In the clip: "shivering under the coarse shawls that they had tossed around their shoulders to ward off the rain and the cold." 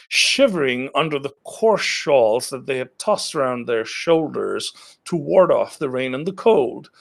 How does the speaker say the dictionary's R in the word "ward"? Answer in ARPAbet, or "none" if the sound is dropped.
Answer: R